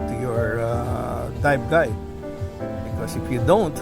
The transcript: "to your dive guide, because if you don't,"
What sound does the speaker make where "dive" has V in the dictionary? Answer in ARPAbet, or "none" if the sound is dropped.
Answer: B